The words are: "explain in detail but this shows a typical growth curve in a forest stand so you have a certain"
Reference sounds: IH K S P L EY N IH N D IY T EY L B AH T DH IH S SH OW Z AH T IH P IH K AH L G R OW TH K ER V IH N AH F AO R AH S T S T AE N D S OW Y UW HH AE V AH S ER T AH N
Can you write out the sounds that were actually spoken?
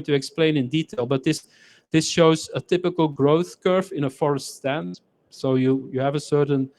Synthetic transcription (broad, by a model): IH K S P L EY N IH N D IY T EY L B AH T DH IH S SH OW Z AH T IH P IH K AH L G R OW TH K ER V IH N AH F AO R AH S T S T AE N D S OW Y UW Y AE V AH S ER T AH N